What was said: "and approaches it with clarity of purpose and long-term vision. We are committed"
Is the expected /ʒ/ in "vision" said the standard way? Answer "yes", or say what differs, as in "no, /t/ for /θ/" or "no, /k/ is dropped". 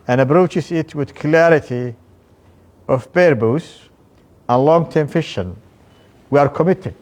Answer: no, /ʃ/ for /ʒ/